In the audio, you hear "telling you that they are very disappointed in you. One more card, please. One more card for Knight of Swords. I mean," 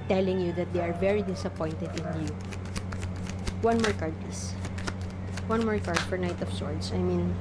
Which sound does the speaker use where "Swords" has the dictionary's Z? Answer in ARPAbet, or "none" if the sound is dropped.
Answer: S